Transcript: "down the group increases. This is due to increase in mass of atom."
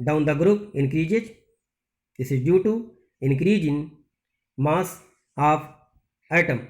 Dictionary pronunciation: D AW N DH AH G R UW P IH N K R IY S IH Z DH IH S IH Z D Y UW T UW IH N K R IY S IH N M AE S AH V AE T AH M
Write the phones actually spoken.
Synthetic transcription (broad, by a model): D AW N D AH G R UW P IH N K R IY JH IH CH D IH S IH Z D Y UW T UW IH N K R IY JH IH N M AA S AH P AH T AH M